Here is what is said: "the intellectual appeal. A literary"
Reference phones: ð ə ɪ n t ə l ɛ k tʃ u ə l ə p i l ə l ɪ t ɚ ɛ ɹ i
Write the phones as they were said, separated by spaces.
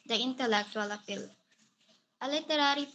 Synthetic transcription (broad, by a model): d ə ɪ n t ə l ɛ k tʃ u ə l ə f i l ə l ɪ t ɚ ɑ ɹ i